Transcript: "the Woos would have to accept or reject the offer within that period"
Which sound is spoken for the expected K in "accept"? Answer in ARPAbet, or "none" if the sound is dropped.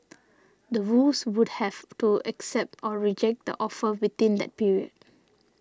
K